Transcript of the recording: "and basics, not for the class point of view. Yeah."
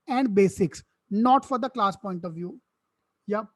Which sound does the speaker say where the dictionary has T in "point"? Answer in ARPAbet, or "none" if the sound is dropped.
T